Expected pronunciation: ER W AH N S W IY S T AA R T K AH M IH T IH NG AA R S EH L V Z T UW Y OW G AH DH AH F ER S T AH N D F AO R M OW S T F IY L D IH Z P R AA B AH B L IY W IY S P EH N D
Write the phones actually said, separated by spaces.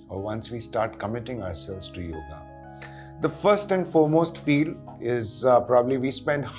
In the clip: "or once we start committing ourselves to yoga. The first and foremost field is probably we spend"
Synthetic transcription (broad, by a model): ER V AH N S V IY S T AA R T K AH M IH T IH NG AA R S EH L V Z T UW Y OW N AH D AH F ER S T AH N D F AO R M OW S T F IY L IH Z P R AA B AH B L IY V IY S P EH N D